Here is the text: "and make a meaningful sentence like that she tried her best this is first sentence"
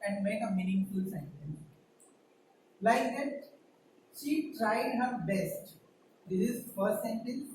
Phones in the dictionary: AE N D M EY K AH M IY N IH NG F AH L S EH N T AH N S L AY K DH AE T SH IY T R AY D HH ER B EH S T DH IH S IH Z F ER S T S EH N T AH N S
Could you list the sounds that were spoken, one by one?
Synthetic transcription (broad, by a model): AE N D M EY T AH M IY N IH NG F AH L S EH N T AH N L AY K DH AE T SH IY T R AY D HH ER B EH S T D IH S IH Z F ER T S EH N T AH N